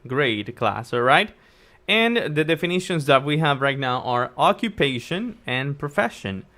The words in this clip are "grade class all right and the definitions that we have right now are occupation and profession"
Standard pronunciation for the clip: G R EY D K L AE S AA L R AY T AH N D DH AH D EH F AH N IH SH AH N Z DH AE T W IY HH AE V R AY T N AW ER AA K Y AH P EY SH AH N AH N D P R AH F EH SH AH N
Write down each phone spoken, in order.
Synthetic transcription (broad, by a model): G R EY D K L AE S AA R AY T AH N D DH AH D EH F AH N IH SH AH N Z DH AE T W IY HH AE V R AY T N AW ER AA K Y AH P EY SH AH N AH N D P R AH F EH SH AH N